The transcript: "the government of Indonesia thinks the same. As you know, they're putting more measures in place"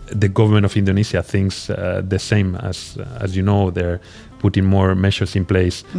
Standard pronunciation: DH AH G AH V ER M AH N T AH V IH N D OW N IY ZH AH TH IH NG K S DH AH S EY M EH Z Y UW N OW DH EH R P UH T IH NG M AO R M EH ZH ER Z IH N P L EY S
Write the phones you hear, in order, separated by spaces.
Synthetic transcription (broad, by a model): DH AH G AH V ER M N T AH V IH N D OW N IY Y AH TH IH NG K S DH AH S EY M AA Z Y UW N OW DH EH R P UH T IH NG M AO R M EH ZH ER S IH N P L EY S